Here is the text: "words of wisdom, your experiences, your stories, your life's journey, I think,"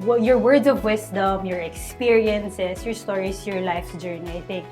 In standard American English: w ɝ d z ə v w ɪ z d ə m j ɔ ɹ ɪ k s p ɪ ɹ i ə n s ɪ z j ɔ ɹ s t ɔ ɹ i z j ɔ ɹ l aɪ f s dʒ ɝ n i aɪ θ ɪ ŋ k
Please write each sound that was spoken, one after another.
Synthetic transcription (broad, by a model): w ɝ d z ə v w ɪ s d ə m j ɔ ɹ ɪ k s p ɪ ɹ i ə n s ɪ s j ɔ ɹ s t ɔ ɹ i s j ɔ ɹ l aɪ f s dʒ ɝ n i aɪ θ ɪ ŋ k